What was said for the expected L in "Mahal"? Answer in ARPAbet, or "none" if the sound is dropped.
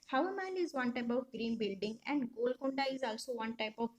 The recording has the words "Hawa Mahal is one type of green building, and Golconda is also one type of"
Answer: N